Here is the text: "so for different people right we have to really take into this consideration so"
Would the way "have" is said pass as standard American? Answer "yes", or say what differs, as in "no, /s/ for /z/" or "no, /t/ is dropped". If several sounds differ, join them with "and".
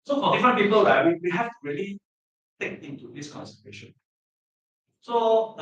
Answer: no, /f/ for /v/